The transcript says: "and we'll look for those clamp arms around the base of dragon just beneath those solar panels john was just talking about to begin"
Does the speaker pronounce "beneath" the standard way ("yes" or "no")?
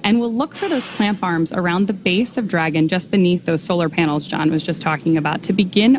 yes